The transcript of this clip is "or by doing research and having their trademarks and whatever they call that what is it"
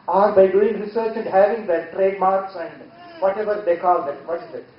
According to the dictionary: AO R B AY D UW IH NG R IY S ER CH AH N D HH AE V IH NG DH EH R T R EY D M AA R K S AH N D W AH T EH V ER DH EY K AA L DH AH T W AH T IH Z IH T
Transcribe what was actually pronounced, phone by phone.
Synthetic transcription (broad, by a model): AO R B AY D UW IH NG R IY S ER CH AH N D HH AE V IH NG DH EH T R EY D M AA R K S AH N D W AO T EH V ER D EY K AA L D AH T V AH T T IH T